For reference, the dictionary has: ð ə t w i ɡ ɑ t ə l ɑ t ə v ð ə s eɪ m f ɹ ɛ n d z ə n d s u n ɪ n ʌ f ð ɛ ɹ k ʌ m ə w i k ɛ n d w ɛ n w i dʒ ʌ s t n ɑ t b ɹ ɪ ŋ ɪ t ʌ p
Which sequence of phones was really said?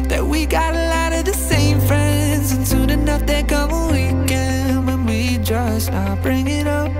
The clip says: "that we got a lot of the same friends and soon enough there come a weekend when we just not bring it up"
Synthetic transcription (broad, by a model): ð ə t w i ɡ ɑ t ə l ɑ t ə v ð ə s eɪ m f ɹ ɛ n d z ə n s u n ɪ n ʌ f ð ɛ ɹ k ʌ m ə w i k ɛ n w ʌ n w i dʒ ʌ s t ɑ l b ɹ ɪ ŋ ɪ t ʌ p